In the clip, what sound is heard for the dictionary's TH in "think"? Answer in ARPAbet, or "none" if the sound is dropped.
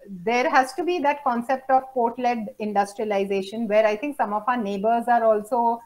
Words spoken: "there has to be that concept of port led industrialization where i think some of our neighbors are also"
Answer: T